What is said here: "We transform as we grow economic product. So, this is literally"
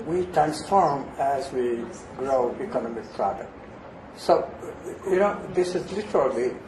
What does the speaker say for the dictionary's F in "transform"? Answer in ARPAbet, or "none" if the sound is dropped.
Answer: F